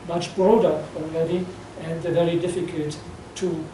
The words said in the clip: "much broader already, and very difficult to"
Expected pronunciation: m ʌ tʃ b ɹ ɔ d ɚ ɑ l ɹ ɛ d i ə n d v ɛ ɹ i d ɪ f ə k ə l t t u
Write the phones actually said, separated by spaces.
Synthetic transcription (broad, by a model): m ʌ tʃ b ɹ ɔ d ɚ ɑ l ɹ ɛ d i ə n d v ɛ ɹ i d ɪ f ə k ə l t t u